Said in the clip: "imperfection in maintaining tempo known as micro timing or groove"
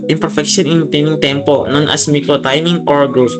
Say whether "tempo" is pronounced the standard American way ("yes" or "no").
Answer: yes